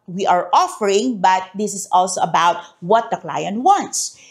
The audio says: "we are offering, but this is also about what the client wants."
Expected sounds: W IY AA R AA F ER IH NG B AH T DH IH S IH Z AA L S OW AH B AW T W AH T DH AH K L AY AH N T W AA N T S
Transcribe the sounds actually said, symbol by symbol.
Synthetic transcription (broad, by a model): W IY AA R AA F ER IH NG B AH T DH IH S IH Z AA L S OW AH B AW T W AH T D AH K L AY AH N T W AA N T S